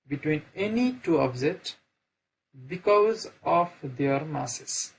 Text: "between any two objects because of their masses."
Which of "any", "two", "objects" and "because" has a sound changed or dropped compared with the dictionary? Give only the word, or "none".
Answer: objects